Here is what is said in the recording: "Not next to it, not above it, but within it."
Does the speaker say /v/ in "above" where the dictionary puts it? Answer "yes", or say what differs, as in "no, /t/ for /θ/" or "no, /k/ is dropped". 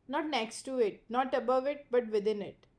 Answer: yes